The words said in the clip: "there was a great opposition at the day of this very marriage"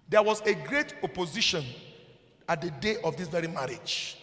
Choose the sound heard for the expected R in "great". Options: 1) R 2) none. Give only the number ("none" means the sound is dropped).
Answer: 1